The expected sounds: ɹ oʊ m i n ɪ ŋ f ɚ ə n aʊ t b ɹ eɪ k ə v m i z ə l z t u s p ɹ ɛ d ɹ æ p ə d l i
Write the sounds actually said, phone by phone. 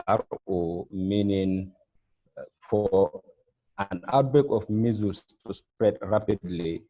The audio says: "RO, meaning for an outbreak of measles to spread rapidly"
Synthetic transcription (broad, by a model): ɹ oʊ m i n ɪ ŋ f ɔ ə n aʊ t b eɪ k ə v m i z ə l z t u s p ɹ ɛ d ɹ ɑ p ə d l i